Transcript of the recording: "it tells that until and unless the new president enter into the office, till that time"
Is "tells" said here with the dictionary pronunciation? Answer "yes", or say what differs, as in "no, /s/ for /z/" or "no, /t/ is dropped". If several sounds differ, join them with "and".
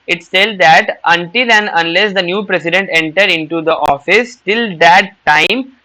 no, /s/ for /t/